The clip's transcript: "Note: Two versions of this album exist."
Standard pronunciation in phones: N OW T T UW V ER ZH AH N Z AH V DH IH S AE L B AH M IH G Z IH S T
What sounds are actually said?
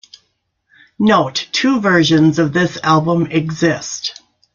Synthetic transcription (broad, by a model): N OW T T UW V ER ZH AH N Z AH V DH IH S AE L B AH M IH G Z IH S T